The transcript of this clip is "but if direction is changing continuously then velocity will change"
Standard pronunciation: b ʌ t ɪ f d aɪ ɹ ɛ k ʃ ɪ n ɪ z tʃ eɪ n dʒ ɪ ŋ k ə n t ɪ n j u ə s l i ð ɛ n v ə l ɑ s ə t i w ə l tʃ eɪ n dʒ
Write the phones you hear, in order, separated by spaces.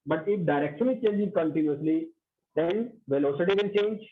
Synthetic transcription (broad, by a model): b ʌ t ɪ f d aɪ ɹ ɛ k ʃ ɪ n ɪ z tʃ eɪ n dʒ ɪ ŋ k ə n t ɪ n j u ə s l i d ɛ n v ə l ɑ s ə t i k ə n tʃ eɪ n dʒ